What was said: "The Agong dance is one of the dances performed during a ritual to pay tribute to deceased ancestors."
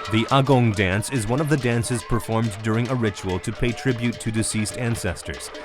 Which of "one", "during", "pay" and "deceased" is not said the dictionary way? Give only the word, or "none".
none